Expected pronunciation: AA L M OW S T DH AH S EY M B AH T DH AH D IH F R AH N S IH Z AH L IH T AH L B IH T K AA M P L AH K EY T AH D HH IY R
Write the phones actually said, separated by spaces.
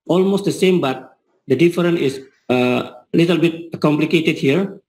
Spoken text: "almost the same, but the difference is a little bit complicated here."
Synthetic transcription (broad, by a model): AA L M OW S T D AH S EY M B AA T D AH D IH F R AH N IH S AH L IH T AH L B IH T K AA M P L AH K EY T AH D HH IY R